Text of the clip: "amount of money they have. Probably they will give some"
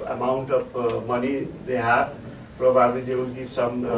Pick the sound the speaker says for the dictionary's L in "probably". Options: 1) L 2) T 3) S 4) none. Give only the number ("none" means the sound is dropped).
4